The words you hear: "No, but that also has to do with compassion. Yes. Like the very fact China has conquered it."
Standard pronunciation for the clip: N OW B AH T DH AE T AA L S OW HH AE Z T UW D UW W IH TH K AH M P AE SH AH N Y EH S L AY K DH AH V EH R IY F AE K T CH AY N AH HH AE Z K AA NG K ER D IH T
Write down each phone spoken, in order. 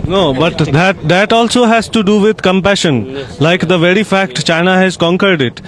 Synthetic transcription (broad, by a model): N OW B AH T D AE T AA L S OW HH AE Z T UW D UW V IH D K AH M P AE SH AH N L AY K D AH V EH R IY F AE K T CH AY N AH HH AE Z K AA NG K ER D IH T